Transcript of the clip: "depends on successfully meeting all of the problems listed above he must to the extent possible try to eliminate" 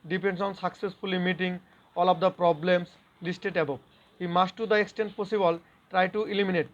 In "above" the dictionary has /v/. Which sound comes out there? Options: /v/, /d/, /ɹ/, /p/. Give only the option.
/p/